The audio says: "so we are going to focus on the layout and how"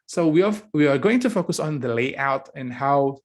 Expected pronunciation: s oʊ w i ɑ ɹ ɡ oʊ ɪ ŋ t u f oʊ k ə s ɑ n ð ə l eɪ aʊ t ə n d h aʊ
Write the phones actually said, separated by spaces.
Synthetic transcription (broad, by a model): s oʊ w i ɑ w ɡ oʊ ɪ ŋ t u f oʊ k ə s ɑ n ð ə l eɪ aʊ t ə n h aʊ